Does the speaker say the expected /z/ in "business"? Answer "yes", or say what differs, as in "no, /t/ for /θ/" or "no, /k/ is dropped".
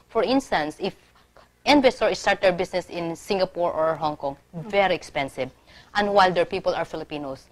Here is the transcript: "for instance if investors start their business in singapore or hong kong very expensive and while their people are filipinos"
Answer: no, /s/ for /z/